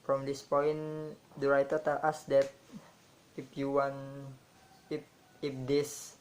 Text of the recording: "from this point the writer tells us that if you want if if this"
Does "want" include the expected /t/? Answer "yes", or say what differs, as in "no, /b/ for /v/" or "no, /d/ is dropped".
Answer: no, /t/ is dropped